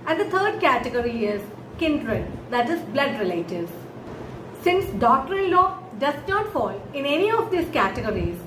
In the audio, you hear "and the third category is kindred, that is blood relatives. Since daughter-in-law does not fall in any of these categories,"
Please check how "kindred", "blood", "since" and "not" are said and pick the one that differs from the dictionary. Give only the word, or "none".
none